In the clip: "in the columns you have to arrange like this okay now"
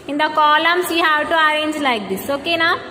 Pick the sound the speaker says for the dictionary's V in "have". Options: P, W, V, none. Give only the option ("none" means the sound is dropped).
W